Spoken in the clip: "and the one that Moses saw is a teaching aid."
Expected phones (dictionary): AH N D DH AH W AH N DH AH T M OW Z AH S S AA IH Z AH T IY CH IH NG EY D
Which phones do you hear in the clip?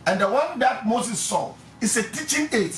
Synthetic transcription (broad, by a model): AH N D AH W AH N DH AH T M OW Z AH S S AA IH S AH T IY CH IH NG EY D